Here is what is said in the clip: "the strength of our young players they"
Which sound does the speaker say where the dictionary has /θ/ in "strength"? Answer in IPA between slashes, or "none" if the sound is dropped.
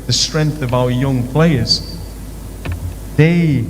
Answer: /θ/